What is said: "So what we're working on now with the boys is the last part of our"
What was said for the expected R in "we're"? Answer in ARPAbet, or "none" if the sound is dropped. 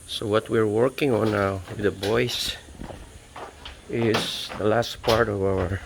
R